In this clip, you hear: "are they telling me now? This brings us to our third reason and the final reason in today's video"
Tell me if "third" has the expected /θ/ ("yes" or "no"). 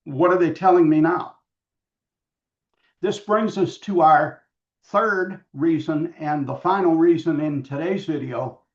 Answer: yes